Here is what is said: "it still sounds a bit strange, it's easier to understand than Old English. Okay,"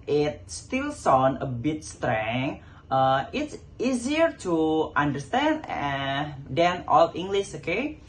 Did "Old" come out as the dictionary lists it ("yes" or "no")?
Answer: no